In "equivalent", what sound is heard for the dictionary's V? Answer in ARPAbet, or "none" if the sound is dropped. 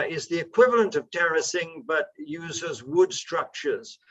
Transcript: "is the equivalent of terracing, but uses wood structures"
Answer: V